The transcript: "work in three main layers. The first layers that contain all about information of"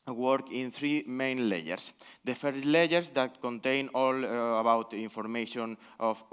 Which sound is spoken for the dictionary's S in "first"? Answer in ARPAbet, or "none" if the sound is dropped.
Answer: none